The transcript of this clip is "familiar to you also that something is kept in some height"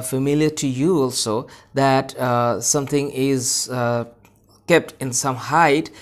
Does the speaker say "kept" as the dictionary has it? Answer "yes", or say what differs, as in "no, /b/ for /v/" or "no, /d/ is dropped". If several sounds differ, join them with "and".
yes